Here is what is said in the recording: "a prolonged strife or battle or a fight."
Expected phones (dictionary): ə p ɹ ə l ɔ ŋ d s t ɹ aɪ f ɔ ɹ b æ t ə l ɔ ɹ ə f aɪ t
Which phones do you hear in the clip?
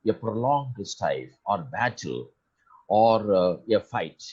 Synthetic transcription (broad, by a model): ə p ɹ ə l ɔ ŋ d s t aɪ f ɔ ɹ b æ t ə l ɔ ɹ ə f aɪ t